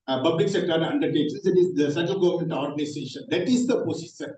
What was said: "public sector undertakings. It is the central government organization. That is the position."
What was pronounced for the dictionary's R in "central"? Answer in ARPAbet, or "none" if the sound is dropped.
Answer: none